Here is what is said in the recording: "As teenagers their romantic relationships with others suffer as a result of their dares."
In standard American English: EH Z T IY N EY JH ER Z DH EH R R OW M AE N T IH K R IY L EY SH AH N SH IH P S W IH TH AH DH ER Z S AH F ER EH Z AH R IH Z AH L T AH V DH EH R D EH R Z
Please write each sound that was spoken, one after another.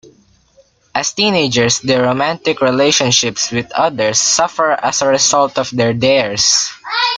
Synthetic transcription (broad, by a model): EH S T IY N EY JH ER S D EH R R OW M AE N T IH K R IY L EY SH AH N SH IH P S W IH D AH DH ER S AH F ER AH S AH R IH S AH L T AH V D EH R D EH R S